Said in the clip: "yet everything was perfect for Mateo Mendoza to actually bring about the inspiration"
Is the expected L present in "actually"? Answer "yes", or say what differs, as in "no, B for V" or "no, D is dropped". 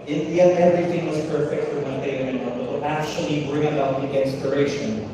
yes